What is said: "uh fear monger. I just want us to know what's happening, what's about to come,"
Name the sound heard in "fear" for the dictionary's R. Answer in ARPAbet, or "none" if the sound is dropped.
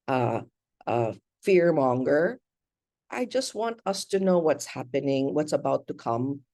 R